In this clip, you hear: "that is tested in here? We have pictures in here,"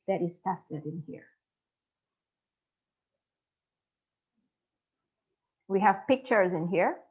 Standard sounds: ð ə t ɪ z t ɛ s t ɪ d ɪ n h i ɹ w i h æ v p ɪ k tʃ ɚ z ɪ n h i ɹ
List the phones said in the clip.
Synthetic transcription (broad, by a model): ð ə t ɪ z t ɛ s t ɪ d ɪ n h i ɹ w i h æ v p ɪ k tʃ ɚ z ɪ n h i ɹ